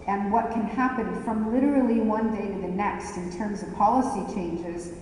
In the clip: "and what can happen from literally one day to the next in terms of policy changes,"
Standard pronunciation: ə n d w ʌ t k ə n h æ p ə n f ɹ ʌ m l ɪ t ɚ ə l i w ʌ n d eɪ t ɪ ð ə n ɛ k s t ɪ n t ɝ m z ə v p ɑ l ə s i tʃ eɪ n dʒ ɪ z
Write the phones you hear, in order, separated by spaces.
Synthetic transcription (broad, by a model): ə n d w ʌ t k ə n h æ p ə n f ɹ ʌ m l ɪ t ɚ l i w ʌ n d eɪ t ɪ ð ə n ɛ k s t ɪ n t ɝ m z ə v p ɑ l ə s i tʃ eɪ n dʒ ɪ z